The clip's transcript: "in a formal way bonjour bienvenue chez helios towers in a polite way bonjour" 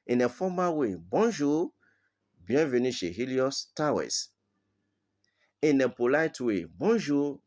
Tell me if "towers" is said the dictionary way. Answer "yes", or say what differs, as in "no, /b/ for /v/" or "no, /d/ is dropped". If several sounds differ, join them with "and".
no, /s/ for /z/